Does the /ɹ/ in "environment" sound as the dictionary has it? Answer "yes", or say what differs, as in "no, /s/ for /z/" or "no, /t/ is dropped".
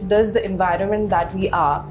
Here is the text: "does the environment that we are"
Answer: yes